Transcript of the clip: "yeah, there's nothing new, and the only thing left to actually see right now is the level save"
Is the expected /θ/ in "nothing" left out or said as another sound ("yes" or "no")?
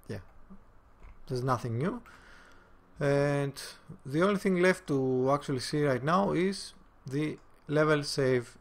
no